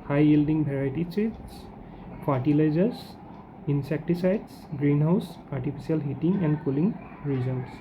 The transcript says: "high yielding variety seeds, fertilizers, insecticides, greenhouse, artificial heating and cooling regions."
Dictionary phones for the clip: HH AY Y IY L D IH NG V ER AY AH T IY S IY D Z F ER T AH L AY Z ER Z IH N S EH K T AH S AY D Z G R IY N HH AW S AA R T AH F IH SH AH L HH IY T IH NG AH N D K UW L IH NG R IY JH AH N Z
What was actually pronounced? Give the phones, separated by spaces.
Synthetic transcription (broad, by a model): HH AY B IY L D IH NG B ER AY T IY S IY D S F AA T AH L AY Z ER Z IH N S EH K T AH S AY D S G R IY N HH AW S AA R T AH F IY S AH L HH IY T IH NG AH N D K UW L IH NG R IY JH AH N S